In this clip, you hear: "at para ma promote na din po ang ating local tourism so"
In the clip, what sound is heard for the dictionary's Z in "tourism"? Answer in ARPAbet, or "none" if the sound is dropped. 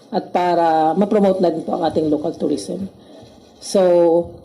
S